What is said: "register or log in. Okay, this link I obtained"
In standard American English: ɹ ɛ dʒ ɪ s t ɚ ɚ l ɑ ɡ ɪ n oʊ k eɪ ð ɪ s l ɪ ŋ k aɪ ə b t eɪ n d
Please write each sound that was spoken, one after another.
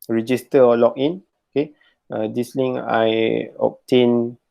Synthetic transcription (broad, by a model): ɹ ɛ dʒ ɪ s t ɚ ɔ l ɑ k ɪ n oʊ k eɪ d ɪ s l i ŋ aɪ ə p t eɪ n